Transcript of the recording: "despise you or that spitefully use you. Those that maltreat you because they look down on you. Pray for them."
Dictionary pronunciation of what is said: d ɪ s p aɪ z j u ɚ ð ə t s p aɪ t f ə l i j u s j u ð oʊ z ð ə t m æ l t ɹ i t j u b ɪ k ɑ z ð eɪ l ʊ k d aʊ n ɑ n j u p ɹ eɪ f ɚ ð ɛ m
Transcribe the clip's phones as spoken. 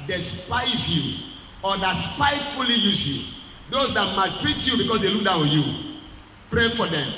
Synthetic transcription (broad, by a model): d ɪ s p aɪ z j u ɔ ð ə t s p aɪ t f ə l i j u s j u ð oʊ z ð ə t m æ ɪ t ɹ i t j u b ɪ k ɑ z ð eɪ l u k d aʊ ɑ j u p ɹ eɪ f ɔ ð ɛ m